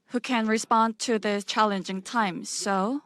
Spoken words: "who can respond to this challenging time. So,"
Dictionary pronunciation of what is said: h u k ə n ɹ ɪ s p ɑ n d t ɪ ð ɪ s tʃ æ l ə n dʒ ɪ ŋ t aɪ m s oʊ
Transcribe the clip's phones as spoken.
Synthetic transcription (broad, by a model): h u k ə n ɹ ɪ s p ɑ n t ɪ ð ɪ tʃ æ l ə n dʒ ɪ ŋ t aɪ m s oʊ